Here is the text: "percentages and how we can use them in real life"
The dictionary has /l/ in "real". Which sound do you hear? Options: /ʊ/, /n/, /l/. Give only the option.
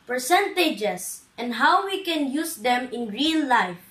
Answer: /n/